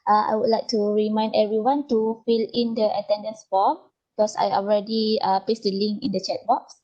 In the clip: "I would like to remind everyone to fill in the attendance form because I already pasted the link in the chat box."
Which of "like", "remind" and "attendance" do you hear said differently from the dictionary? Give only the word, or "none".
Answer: none